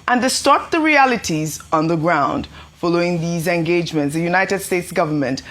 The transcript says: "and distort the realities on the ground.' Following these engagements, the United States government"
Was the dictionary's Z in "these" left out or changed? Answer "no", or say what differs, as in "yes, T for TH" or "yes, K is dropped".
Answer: no